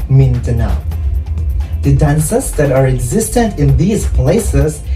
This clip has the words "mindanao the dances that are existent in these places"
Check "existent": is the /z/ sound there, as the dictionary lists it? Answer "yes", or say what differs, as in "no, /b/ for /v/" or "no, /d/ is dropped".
yes